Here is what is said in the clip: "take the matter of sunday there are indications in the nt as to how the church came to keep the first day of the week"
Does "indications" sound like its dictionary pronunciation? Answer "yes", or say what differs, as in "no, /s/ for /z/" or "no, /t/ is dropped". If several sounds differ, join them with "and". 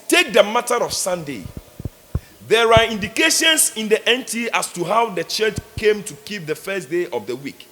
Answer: no, /s/ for /z/